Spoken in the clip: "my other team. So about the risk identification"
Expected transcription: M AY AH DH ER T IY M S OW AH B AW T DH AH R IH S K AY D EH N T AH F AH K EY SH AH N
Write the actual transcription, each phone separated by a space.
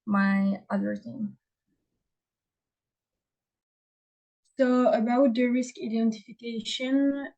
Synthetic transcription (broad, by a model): M AY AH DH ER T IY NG S OW AH B AW T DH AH R IH S K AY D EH N T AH F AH K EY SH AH N